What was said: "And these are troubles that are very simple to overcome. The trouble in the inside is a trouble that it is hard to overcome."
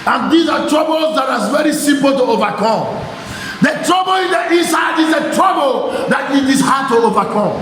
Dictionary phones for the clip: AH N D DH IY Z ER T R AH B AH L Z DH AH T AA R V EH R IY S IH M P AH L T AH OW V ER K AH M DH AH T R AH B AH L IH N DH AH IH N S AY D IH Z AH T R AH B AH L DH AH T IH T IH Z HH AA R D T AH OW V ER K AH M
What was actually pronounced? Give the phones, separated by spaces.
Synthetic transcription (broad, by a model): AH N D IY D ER T R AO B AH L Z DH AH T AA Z V EH R IY S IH M P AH L T AH OW V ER K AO M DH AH T R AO B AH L IH N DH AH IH S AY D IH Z AH T R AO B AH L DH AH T IH T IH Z HH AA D T AH OW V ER K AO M